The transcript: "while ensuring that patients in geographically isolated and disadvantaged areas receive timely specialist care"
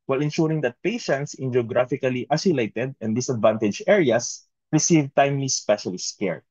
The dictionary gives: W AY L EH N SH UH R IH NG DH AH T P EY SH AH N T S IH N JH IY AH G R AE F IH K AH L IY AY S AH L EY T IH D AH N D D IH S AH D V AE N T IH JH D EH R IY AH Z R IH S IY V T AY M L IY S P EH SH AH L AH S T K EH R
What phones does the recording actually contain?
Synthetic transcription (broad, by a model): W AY L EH N SH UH R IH NG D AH T P EY SH AH N T S IH N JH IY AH G R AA F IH K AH L IY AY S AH L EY T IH D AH N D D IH S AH D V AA N T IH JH EH R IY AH S R IH S IY V T AY M L IY S P EH SH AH L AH S K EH R